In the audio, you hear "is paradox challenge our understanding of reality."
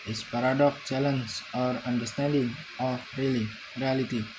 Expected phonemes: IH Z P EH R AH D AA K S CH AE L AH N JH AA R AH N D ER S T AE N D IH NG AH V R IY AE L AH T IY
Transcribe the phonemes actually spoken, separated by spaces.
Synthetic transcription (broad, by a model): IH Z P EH R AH D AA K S CH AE L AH N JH AA R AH N D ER S T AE N D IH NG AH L R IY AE L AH T IY